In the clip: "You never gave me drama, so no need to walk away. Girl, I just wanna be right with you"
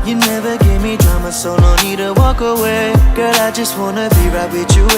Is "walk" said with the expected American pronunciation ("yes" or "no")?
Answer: yes